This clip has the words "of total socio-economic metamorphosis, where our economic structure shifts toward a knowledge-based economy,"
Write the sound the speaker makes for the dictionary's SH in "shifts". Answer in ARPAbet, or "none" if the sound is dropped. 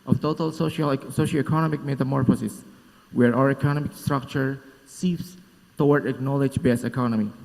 S